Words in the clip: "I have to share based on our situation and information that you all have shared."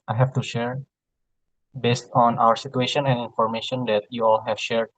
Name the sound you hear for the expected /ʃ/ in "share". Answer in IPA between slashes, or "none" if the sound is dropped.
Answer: /ʃ/